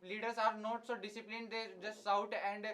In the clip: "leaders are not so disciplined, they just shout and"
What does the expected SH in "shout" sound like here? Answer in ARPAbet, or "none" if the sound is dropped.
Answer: S